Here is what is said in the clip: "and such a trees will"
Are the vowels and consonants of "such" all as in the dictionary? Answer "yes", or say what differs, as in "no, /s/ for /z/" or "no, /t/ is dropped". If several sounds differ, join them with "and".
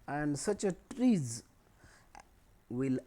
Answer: yes